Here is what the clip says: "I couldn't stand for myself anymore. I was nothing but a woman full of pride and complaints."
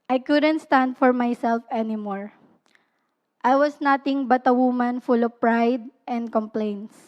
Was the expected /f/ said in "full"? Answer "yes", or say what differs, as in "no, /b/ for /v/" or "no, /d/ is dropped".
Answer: yes